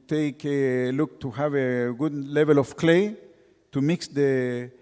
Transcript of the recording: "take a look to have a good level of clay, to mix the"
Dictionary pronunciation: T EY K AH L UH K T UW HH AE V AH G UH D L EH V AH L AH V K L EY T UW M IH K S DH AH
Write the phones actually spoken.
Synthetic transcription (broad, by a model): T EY K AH L UH K T UW HH AE V AH G UH D L EH V AH L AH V K L EY T UW M IH K S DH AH